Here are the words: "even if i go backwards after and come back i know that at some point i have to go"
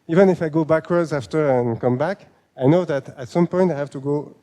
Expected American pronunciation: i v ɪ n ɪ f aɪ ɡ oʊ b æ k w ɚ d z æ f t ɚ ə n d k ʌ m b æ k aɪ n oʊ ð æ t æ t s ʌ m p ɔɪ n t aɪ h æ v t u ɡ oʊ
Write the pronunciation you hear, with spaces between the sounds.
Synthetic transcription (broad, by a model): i v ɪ n ɪ f aɪ ɡ oʊ b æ k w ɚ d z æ f t ɚ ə n k ʌ m b æ k aɪ n oʊ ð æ t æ t s ʌ m p ɔɪ n t aɪ h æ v t u ɡ oʊ